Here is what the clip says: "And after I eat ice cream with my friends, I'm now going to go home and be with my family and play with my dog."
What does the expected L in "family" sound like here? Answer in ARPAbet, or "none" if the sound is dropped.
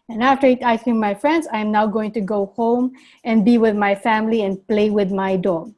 L